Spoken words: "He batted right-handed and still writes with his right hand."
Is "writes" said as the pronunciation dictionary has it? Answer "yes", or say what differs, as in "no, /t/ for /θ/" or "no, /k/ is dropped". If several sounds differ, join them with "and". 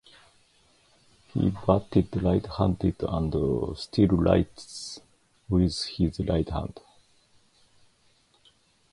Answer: no, /l/ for /ɹ/